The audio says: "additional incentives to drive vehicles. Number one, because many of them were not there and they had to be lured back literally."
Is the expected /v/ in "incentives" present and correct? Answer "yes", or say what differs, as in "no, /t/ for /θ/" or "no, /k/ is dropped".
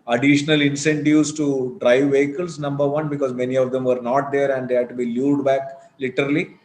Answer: no, /v/ is dropped